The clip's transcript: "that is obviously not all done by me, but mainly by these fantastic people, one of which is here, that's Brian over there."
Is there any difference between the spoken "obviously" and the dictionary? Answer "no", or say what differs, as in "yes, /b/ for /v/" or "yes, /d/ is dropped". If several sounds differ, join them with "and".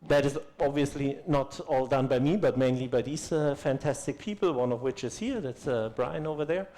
no